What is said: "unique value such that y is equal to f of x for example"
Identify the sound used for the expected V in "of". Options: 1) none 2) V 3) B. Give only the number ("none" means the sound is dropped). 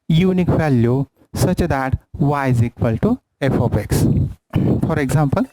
3